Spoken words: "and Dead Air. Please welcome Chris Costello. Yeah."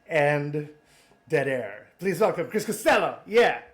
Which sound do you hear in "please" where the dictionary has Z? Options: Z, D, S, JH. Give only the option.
Z